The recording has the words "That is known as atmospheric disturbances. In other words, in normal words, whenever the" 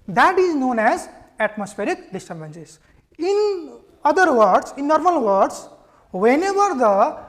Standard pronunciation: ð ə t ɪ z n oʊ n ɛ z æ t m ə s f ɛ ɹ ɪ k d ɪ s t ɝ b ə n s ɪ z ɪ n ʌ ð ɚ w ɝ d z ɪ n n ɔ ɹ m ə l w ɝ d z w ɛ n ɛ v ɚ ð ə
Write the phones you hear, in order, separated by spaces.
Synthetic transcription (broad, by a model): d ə t ɪ z n oʊ n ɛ z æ t m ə s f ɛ ɹ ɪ k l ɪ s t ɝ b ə n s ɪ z ɪ n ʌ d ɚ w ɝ d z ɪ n n ɔ ɹ m ə l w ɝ d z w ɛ n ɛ b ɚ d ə